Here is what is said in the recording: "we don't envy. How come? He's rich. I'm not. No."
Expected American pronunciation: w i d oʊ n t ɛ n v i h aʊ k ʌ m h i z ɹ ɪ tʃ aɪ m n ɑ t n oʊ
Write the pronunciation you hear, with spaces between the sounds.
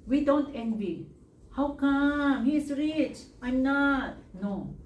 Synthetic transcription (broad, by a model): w i d oʊ n t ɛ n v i h aʊ k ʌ m h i s ɹ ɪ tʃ aɪ m n ɑ t n oʊ